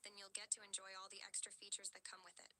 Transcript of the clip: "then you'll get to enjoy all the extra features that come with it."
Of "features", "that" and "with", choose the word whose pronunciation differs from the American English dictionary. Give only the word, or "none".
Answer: none